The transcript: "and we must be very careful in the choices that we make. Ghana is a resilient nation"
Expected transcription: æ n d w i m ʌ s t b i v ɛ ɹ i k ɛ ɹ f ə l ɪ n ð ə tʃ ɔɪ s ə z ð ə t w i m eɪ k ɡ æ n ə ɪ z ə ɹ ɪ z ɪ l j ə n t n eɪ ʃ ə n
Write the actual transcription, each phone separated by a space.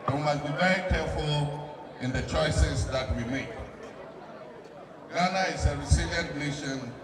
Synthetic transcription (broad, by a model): w i m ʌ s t b i v ɛ ɹ i k ɛ ɹ f ə l ɪ n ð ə tʃ ɔɪ s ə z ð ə t w i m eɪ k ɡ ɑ n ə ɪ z ə ɹ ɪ s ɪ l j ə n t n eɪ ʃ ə n